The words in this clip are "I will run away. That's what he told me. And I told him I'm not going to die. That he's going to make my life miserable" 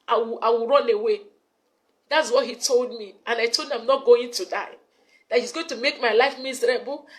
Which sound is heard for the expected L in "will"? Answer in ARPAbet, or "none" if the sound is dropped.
W